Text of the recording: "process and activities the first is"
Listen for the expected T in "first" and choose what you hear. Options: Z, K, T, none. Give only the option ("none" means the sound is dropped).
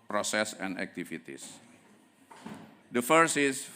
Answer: none